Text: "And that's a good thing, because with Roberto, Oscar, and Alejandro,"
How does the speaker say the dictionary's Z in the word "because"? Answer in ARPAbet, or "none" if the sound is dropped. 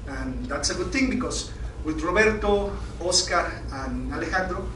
S